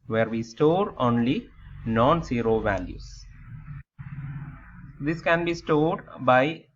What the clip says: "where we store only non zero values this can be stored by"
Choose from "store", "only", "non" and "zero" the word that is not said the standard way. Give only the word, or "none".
zero